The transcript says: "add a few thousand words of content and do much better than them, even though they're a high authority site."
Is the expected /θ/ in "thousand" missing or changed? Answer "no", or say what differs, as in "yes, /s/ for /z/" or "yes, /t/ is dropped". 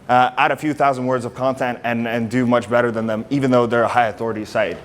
no